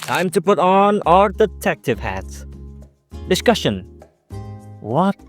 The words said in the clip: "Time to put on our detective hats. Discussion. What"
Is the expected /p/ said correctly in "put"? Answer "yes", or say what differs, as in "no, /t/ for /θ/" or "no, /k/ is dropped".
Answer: yes